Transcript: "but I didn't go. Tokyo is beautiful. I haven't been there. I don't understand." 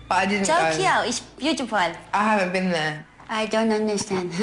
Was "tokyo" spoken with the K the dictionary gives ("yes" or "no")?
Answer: no